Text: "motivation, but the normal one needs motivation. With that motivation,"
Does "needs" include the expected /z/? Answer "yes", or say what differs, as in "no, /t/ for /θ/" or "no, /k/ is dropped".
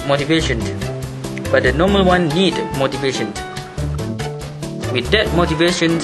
no, /z/ is dropped